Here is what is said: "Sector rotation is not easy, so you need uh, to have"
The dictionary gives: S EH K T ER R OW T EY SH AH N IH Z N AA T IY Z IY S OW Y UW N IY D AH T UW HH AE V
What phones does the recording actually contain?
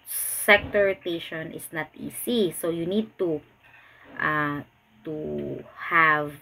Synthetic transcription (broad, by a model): S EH K T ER R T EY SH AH N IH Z N AA T IY S IY S OW Y UW N IY D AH T UW HH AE V